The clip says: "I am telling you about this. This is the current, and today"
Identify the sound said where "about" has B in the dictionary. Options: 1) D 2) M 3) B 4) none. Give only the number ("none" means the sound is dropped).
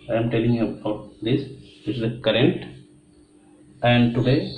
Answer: 4